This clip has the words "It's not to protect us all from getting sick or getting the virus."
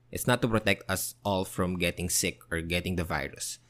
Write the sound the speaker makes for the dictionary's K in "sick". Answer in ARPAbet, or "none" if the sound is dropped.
K